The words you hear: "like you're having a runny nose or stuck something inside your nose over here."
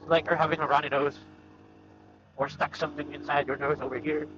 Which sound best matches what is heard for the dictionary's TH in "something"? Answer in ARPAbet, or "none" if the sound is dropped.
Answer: TH